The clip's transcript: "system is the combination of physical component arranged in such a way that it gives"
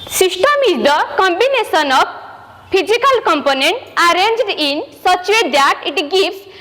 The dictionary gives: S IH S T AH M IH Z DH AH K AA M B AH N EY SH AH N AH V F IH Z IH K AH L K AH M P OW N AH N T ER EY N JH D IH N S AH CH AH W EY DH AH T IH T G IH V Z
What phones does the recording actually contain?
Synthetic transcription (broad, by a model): S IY S T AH M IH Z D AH K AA M B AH N EY S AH N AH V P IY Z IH K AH L K AH M P OW N AH N T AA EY N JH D IH N S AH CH AH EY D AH T IH T G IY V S